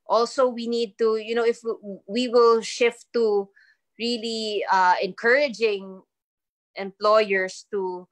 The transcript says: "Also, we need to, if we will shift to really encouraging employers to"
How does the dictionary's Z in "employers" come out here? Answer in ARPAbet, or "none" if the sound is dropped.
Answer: S